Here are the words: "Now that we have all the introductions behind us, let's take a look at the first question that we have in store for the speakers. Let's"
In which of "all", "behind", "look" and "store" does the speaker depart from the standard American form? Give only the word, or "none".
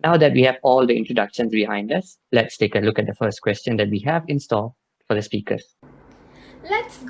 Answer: store